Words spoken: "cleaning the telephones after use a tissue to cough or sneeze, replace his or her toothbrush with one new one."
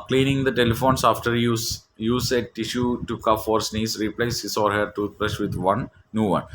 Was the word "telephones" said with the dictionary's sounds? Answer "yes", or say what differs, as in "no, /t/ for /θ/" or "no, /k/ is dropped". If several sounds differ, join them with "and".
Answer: no, /s/ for /z/